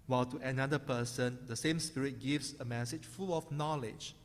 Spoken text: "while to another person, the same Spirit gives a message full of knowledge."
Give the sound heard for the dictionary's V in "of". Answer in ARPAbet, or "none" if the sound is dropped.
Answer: F